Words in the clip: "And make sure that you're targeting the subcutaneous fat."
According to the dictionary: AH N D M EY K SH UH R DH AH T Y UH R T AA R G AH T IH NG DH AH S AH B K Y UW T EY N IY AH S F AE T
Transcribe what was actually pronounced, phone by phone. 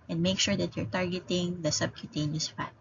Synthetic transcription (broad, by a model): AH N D M EY K SH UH R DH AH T Y UH R T AA R G AH T IH NG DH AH S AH B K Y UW T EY N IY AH S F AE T